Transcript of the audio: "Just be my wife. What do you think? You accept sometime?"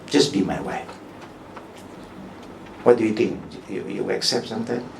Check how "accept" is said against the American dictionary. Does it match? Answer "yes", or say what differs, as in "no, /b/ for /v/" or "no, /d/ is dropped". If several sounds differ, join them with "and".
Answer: yes